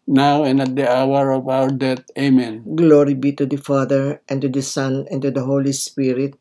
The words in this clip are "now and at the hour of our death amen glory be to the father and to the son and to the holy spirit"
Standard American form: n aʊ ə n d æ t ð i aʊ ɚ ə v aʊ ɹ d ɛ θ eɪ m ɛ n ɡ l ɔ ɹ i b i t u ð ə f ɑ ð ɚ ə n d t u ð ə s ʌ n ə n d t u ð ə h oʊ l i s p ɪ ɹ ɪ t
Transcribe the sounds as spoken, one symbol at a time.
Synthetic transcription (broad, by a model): n aʊ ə n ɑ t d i aʊ ɚ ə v aʊ ɹ d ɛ t eɪ m ɛ n ɡ l ɔ ɹ i b i t u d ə f ɑ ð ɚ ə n t u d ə s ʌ n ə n t u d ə h oʊ l i s p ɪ ɹ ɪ t